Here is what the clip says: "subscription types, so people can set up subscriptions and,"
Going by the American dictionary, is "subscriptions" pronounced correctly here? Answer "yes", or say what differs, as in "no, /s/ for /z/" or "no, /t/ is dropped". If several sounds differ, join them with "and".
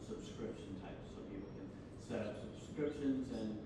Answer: yes